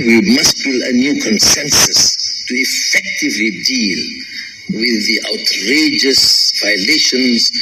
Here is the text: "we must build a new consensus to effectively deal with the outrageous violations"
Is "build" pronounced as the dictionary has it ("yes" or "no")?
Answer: no